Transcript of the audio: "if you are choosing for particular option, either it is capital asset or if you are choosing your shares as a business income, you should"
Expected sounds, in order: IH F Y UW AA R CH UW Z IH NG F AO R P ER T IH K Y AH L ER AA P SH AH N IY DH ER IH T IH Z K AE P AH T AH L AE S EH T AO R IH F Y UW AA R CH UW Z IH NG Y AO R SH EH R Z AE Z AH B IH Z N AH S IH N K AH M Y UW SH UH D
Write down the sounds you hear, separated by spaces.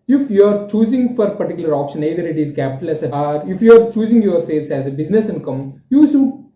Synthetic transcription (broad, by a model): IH F Y UW AA R CH UW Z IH NG F AO R P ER T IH K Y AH L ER AA P SH AH N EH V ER IH T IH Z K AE P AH T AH L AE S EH AO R IH F Y UW AA R CH UW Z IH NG Y AO R S EH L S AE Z AH B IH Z N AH S IH N K AH M Y UW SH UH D